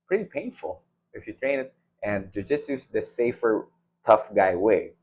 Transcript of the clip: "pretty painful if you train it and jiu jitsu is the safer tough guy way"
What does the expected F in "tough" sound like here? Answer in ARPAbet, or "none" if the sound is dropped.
F